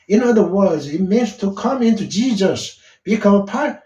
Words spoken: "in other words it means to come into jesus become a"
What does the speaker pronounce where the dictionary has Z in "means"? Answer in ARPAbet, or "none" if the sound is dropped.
none